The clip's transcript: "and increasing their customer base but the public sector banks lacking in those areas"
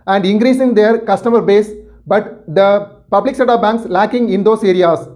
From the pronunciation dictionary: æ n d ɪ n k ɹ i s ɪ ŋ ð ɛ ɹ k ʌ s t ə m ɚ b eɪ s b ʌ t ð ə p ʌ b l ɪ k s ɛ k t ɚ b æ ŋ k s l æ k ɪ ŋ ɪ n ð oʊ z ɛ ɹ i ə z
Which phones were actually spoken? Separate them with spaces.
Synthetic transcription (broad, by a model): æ n d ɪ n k ɹ i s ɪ ŋ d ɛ ɹ k ʌ s t ə m ɚ b eɪ s b ʌ t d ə p ʌ b l ɪ k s ɛ t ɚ b æ ŋ k s l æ k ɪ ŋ ɪ n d oʊ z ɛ ɹ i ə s